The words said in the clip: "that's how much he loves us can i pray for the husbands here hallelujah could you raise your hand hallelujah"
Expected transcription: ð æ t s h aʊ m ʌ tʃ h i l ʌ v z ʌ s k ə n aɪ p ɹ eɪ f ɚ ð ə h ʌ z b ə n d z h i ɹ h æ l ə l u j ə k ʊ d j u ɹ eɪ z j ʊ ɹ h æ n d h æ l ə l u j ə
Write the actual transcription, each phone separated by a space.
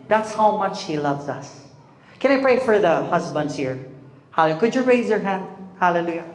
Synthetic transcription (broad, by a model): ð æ t s h aʊ m ʌ tʃ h i l ʌ v z ʌ s k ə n aɪ p ɹ eɪ f ɚ ð ə h ʌ z b ə n d z h i ɹ h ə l k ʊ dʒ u ɹ eɪ z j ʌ ɹ h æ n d h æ l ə l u j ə